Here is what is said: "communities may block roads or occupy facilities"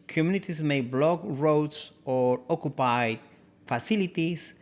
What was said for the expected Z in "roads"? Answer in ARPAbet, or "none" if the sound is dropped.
S